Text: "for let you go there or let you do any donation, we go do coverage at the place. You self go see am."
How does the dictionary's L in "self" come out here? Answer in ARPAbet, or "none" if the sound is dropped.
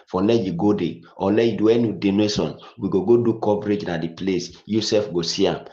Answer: none